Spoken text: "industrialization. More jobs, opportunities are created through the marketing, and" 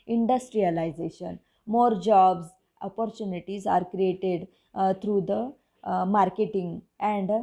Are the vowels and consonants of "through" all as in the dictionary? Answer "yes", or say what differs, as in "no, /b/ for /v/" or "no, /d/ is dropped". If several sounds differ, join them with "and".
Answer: no, /t/ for /θ/